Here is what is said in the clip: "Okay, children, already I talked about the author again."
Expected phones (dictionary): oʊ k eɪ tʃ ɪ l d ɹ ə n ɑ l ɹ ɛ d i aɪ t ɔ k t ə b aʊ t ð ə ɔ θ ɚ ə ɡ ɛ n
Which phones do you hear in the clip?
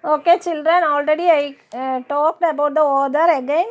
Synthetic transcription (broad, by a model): oʊ k eɪ tʃ ɪ l d ɹ ə n ɑ l ɹ ɛ d i aɪ t ɔ k t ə b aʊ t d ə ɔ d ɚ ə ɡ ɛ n